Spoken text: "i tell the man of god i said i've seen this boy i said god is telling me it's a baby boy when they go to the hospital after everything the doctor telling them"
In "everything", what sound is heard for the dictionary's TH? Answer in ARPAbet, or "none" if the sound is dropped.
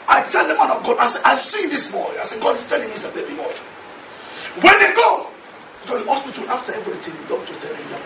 T